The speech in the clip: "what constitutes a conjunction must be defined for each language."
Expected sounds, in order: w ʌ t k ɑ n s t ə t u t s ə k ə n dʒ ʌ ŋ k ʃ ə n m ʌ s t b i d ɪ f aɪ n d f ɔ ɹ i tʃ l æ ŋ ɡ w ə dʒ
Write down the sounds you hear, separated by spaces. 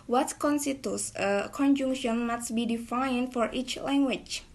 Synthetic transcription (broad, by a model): w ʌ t k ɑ n s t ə t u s ə k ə n dʒ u ŋ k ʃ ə n m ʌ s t b i d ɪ f aɪ n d f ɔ ɹ i tʃ l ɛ ŋ ɡ w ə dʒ